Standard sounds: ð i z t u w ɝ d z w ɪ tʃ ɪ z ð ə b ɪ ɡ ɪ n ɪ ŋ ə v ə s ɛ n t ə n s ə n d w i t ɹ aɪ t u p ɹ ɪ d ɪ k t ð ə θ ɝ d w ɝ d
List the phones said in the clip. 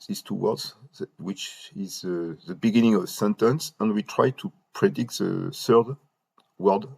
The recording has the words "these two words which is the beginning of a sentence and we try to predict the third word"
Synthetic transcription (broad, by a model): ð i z t u w ɝ d z w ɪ tʃ ɪ z ð ə b ɪ ɡ ɪ n ɪ ŋ ə v s ɛ n t ə n s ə n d w i t ɹ aɪ t u p ɹ ɪ d ɪ k t ð ə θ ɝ d w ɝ d